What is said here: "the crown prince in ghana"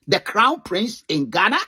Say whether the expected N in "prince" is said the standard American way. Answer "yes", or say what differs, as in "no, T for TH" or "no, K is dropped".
yes